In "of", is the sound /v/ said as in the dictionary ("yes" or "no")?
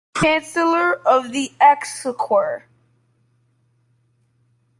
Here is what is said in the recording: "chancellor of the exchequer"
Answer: yes